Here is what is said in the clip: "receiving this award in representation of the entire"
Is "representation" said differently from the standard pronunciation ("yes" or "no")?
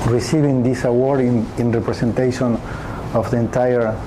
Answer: yes